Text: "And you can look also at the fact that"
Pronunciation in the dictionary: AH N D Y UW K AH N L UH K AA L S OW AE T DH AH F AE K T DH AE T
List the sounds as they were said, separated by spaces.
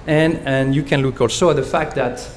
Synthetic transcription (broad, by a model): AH N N Y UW K AH N L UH K AA L S OW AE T DH AH F AE K T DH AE T